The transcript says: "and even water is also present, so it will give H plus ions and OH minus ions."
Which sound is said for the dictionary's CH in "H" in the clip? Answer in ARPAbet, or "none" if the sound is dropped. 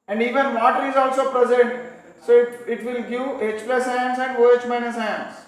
CH